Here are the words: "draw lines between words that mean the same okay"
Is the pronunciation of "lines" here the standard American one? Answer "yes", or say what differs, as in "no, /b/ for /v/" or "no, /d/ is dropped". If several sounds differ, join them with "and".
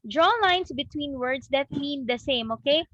no, /s/ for /z/